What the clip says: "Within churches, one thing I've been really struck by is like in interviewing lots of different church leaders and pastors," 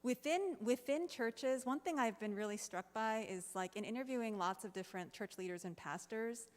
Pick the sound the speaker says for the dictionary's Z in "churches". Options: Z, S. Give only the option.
Z